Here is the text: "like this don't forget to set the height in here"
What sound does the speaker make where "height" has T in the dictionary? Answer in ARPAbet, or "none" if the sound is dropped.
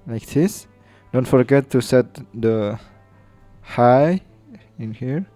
none